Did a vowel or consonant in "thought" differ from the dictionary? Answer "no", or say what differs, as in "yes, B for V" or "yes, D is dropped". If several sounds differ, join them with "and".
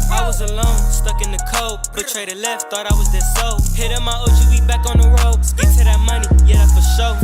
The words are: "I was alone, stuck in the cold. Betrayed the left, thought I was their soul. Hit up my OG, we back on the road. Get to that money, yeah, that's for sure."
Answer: no